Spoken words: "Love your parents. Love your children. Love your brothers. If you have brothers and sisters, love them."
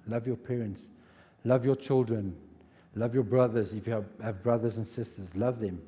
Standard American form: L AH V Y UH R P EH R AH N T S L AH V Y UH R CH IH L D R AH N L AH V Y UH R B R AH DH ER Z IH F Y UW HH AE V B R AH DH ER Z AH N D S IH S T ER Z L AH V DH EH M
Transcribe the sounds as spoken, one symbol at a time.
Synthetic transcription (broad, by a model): L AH V Y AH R P EH R AH N T S L AH V Y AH CH IH L D R AH N L AH V Y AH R B R AH DH ER Z IH F Y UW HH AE V B R AH DH ER Z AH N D S IH S T ER Z L AH V DH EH M